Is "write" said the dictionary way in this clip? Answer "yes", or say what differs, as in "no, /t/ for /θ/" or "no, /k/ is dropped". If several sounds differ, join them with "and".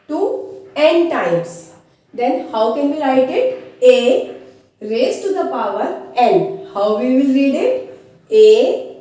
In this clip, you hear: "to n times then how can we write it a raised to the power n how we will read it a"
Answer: no, /l/ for /ɹ/